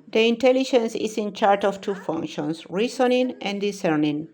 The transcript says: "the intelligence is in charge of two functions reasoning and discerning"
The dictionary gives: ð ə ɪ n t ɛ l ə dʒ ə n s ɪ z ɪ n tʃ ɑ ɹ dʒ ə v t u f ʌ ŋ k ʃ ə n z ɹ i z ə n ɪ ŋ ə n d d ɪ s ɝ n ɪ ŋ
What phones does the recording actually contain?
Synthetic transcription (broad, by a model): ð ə ɪ n t ɛ l ə dʒ ə n s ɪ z ɪ n tʃ ɑ ɹ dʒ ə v t u f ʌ ŋ k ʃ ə n s ɹ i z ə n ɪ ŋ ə n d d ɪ s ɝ n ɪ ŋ